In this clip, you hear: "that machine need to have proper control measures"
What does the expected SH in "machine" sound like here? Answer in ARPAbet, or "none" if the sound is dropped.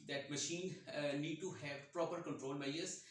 SH